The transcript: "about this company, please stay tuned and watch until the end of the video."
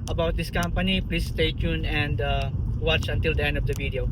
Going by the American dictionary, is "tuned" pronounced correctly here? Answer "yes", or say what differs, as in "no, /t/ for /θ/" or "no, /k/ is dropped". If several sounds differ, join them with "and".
no, /d/ is dropped